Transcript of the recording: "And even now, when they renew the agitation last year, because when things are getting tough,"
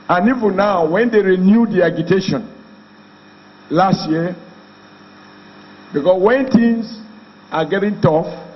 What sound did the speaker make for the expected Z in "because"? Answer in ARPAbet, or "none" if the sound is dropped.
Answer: S